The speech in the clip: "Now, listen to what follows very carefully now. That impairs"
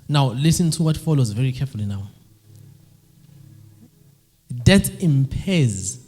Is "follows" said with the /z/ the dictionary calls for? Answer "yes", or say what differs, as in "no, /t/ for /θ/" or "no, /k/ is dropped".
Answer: yes